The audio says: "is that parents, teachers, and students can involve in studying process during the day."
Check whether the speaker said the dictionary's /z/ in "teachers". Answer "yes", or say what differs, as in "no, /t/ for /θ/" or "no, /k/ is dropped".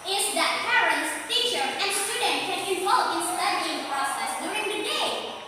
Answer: no, /z/ is dropped